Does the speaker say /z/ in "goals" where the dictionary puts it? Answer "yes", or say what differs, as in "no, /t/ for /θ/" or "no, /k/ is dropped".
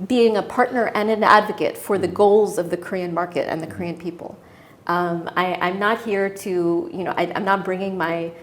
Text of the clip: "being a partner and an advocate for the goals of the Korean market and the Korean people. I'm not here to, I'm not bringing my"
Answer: yes